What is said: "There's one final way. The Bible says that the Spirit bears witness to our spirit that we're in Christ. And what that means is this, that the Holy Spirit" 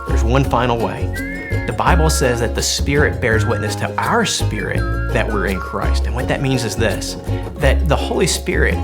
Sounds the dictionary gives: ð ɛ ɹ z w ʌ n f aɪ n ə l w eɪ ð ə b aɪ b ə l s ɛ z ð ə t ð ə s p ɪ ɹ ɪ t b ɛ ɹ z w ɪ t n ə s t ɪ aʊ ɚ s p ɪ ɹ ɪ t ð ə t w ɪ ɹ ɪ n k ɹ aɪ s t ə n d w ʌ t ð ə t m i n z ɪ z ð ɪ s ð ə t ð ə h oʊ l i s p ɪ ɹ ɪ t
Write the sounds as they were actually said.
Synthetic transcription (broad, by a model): ð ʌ ɹ z w ʌ n f aɪ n l w eɪ ð ə b aɪ b l s ɛ z ð ə t ð ə s p ɪ ɹ ɪ t b ɛ ɹ z w ɪ t n ə s t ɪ aʊ ɚ s p ɪ ɹ ɪ t ð ə t w ɪ ɹ ɪ n k ɹ aɪ s t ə n w ʌ t ð ə t m i n z ɪ z ð ɪ s ð ə t ð ə h oʊ l i s p ɪ ɹ ɪ t